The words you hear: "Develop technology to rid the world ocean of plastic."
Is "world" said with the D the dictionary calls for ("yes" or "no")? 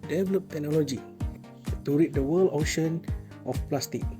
no